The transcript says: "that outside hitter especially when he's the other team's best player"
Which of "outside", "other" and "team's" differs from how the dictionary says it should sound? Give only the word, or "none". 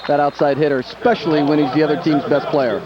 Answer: none